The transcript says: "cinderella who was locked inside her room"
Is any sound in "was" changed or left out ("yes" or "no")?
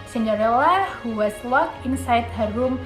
yes